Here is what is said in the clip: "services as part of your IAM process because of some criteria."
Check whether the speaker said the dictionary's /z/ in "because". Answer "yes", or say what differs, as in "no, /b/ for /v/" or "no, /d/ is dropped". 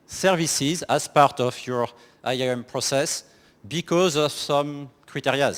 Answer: yes